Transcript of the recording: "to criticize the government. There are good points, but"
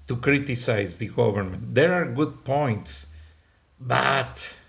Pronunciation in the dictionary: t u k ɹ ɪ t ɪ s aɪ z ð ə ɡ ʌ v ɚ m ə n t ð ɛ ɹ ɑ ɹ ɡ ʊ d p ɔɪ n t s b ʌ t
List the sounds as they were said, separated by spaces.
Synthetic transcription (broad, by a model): t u k ɹ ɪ t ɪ s aɪ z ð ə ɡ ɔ v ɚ m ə n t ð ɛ ɹ ɑ ɹ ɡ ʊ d p ɔɪ n t s b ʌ t